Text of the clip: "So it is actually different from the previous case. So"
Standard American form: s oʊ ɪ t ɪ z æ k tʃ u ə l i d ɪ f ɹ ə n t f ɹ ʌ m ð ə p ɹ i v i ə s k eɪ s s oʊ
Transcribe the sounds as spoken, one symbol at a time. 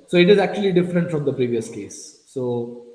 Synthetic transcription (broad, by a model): s oʊ ɪ t ɪ z æ k tʃ u ə l i d ɪ f ɹ ə n t f ɹ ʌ m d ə p ɹ i v i ə s k eɪ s s oʊ